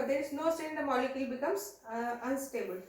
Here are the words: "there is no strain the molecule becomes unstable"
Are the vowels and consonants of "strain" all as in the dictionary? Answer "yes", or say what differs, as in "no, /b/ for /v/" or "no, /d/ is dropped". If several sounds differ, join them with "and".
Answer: no, /ɹ/ is dropped